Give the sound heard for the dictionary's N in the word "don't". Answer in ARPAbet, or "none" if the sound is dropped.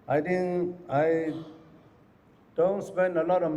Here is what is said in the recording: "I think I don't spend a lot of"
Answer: N